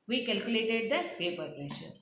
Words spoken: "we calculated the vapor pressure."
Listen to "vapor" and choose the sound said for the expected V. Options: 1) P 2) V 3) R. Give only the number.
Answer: 1